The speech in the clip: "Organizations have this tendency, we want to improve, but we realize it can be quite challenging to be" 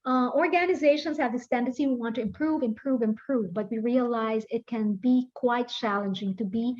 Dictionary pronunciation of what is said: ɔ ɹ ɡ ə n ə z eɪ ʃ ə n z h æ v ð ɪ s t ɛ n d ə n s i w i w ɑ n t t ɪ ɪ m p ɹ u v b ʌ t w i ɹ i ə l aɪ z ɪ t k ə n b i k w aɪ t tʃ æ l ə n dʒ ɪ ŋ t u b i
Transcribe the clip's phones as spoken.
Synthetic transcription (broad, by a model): ɔ ɹ ɡ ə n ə z eɪ ʃ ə n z h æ v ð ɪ s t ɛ n d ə n s i w i w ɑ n t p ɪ ɪ m p ɹ u v b ʌ t w i ɹ i ə l aɪ z ɪ t k ə n b i k w aɪ t tʃ æ l ə n dʒ ɪ ŋ t u b i